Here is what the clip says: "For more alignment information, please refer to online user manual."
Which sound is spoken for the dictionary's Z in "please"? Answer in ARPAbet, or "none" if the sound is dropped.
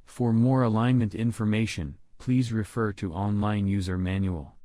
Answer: Z